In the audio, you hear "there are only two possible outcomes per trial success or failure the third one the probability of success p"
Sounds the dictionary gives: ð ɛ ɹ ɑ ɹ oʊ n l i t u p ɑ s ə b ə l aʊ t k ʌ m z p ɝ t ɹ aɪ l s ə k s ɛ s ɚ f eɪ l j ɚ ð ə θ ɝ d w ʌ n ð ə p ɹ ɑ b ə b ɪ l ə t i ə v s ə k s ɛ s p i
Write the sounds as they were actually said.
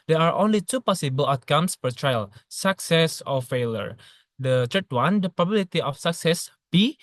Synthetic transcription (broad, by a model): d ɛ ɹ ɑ ɹ oʊ n l i t u p ɑ s ə b ə l aʊ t k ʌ m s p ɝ t ɹ aɪ l s ə k s ɛ s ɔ f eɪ l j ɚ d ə t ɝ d w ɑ n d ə p ɹ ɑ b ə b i l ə t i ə f s ə k s ɛ s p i